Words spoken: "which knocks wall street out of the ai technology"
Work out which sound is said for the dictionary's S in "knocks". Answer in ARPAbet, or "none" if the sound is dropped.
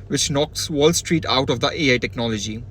S